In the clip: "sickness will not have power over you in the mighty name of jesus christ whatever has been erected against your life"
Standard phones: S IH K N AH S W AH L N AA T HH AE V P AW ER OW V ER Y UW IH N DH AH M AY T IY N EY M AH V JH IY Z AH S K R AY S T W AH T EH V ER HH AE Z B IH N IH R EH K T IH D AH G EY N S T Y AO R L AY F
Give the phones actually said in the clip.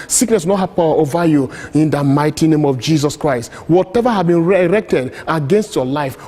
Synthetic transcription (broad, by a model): S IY K N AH S W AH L N AA T HH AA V P AW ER OW V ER Y UW IH N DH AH M AY T IY N EY M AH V JH IY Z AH S K R AY S T W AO T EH V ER HH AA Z B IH N IH R EH K T IH D AH G EY N S T Y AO L AY F